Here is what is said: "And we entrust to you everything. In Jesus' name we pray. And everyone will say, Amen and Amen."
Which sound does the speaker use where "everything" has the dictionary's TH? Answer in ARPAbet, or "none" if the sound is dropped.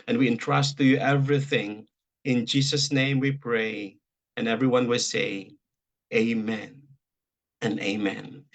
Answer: TH